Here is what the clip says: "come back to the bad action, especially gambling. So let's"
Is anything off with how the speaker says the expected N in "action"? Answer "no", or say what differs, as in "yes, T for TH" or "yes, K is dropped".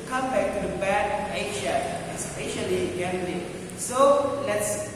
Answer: yes, N is dropped